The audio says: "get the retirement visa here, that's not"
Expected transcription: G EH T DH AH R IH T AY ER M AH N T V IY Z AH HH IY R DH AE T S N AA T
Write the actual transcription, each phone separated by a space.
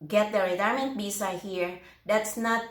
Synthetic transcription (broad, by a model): G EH T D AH R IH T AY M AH N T B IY S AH HH IY R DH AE T S N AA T